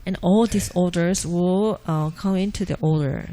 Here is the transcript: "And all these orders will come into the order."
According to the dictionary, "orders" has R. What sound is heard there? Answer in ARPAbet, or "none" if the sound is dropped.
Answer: L